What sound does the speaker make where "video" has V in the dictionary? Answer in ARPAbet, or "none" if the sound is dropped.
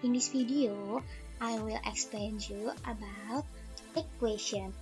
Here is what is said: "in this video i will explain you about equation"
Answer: F